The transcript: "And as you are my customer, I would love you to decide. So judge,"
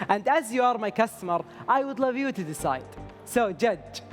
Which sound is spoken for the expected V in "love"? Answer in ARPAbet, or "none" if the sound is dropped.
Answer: V